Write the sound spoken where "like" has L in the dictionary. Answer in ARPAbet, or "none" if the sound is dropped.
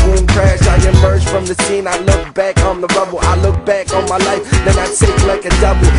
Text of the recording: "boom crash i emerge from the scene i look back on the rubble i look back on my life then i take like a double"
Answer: L